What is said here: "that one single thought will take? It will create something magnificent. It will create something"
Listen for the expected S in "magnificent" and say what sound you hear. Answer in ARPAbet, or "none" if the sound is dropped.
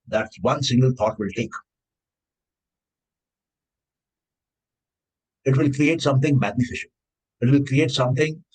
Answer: SH